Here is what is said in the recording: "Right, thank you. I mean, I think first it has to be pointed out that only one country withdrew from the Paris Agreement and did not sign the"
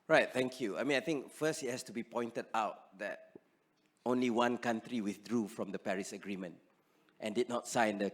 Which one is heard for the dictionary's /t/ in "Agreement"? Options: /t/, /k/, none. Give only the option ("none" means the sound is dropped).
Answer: /t/